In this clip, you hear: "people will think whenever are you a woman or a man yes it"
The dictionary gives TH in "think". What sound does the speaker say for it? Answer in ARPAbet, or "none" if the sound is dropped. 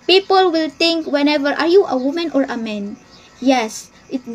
T